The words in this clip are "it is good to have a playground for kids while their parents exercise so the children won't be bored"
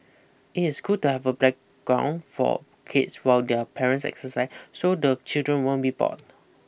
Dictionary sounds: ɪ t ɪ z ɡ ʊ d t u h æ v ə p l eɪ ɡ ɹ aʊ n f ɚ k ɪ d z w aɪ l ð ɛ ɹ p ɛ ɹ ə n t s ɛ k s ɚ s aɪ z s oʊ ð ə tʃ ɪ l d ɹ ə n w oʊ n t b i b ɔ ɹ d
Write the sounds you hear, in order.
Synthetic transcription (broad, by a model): ɪ t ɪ s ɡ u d t u h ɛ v ə b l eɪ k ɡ aʊ n f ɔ k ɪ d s w aɪ l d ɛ p ɛ ɹ ə n t s ɛ k s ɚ s aɪ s s oʊ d ə tʃ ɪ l d ɹ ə n w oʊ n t b i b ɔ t